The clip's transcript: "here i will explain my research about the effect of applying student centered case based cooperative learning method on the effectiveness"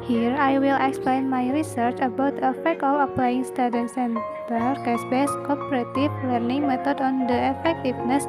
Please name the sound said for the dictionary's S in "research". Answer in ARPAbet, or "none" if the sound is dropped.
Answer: S